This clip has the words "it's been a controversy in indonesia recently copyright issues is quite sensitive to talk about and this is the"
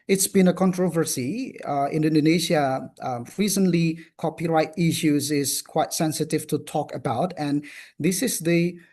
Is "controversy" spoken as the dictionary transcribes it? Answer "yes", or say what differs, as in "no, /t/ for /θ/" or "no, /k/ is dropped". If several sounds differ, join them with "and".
yes